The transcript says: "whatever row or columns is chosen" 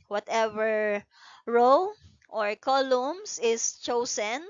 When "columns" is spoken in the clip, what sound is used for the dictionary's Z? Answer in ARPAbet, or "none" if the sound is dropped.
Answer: S